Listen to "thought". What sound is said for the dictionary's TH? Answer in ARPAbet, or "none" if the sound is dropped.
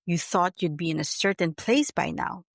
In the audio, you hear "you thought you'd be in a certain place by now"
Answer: TH